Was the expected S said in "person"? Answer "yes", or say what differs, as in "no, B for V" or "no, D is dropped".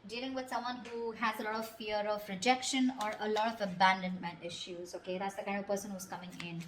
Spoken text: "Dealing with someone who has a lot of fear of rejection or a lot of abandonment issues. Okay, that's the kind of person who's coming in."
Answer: yes